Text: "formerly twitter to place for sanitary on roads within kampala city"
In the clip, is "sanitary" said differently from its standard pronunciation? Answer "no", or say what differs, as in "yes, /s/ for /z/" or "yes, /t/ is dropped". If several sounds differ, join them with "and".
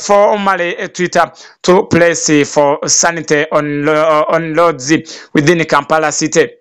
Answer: yes, /ɹ/ is dropped